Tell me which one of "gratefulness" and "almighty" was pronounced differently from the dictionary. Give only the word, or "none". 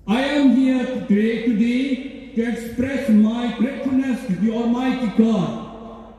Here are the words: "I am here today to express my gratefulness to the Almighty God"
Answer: gratefulness